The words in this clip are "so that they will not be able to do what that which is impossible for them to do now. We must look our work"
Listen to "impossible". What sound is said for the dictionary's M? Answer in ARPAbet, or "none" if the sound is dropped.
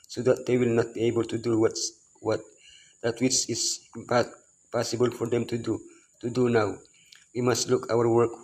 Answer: none